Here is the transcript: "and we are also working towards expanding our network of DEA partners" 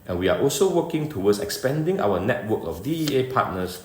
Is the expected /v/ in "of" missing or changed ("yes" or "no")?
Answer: yes